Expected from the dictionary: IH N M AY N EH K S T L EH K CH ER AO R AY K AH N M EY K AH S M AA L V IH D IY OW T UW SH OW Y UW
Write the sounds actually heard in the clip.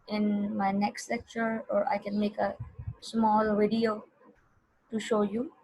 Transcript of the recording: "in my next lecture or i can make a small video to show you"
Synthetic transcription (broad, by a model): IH N M AY N EH K S T L EH K CH ER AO R AY K AH N M EY K AH S M AA L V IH D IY OW T UW SH OW Y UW